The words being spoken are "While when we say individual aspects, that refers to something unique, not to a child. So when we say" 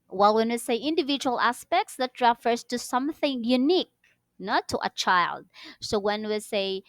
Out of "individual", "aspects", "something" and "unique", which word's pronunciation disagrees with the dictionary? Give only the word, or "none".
none